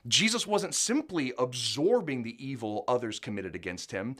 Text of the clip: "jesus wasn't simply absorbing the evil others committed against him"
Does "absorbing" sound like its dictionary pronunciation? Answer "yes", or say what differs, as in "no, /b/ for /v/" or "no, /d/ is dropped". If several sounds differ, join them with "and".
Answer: yes